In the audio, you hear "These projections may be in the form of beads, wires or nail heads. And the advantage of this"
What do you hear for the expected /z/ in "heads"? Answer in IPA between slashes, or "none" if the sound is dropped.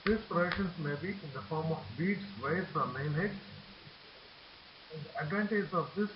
none